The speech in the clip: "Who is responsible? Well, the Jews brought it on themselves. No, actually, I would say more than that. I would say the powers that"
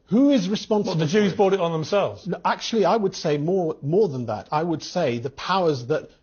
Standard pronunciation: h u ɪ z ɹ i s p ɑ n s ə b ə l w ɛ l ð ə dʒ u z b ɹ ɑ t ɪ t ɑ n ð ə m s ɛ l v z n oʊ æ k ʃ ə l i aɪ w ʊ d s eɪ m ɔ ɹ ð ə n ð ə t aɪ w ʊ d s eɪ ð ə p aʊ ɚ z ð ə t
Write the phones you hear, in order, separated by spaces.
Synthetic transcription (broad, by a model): h u ɪ z ɹ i s p ɑ n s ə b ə ð ə dʒ u z b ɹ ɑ t ɪ t n ð ə m s ɛ l v z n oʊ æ k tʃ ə l i aɪ w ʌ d s eɪ m ɔ ɹ ð ə n ð ə t aɪ w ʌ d s eɪ ð ə p aʊ ɚ z ð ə t